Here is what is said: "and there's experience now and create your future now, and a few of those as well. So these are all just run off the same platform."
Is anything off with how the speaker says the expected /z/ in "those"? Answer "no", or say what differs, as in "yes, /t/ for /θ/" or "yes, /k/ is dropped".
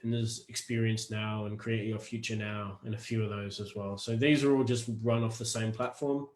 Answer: no